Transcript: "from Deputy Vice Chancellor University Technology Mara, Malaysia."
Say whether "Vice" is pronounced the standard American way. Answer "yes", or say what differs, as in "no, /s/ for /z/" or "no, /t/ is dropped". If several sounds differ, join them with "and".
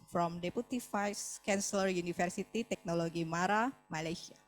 no, /f/ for /v/